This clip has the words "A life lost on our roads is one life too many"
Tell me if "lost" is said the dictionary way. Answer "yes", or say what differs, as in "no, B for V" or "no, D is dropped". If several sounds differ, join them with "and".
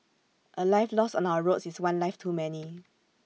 no, T is dropped